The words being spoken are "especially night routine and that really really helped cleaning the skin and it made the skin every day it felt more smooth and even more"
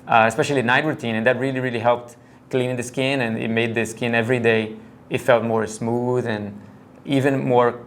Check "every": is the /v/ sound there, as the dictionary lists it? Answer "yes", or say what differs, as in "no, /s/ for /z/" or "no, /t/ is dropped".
yes